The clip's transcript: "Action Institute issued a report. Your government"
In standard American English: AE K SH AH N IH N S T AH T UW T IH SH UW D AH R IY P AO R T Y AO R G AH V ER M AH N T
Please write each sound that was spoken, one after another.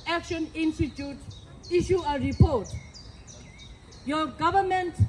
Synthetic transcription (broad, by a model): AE K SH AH N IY N S T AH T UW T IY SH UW AH R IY P AO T Y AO G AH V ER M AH N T